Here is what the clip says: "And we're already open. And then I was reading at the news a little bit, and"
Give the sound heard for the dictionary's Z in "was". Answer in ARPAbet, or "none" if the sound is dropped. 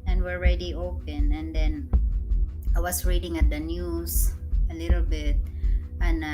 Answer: S